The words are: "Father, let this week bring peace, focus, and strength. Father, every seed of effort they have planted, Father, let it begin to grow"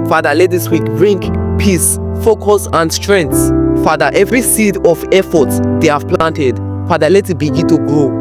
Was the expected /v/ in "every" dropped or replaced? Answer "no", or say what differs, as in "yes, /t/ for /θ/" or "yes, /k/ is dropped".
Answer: no